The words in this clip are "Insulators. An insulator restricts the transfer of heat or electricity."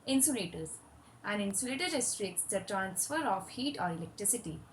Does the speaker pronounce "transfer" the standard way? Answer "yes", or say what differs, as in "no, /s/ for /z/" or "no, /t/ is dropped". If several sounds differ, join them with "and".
yes